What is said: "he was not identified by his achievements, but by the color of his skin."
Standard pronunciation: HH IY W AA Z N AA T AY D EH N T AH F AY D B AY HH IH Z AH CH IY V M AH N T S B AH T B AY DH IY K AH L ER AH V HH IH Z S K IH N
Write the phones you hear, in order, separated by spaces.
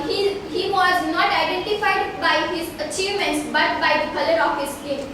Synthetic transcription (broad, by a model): HH IY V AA Z N AA T AY D EH N T AH F AY D B AY HH IH Z AH CH IY V M AH N T S B AH T B AY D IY K AH L ER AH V HH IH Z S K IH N